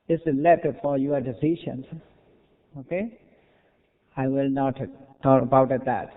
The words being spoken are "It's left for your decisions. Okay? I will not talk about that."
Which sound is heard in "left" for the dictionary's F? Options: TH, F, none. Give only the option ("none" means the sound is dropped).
none